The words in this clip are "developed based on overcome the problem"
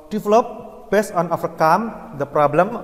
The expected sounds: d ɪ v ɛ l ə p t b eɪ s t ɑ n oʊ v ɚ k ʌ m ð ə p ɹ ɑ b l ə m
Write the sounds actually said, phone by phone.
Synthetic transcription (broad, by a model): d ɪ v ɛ l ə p b eɪ s t ɑ n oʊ f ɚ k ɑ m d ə p ɹ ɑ b l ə m